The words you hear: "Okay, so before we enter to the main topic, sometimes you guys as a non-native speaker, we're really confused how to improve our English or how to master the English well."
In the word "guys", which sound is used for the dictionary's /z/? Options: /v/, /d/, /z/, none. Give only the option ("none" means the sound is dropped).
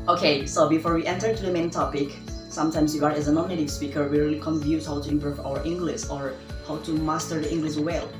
none